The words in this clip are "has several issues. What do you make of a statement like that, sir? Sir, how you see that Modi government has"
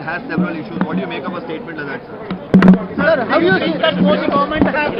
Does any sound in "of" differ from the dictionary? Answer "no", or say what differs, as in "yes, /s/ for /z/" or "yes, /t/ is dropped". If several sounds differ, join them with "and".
yes, /p/ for /v/